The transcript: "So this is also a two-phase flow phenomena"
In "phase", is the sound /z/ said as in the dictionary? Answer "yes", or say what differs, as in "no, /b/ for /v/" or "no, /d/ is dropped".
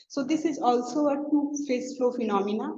no, /s/ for /z/